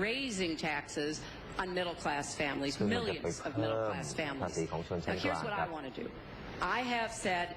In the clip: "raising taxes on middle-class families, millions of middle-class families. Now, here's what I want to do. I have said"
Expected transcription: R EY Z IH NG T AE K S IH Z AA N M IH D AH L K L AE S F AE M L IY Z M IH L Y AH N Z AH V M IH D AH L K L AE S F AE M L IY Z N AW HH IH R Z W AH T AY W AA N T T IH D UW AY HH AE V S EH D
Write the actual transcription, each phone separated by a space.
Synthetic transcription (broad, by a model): R EY Z IH NG T AE K S IH Z N M IH D L K L AE S F AE M L IY Z M IH L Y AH N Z AH V M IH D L K L AE S F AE M L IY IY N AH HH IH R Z W AH T AY W AA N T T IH D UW AY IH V S EH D